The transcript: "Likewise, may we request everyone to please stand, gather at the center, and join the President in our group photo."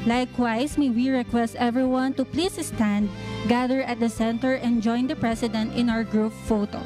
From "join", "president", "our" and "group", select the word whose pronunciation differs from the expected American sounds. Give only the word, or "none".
president